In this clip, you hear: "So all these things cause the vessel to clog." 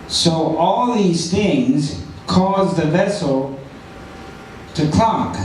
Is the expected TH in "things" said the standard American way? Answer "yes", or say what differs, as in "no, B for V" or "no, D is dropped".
yes